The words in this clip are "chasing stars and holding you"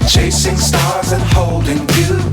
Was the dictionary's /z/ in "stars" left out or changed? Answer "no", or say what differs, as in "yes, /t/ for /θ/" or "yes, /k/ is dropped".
no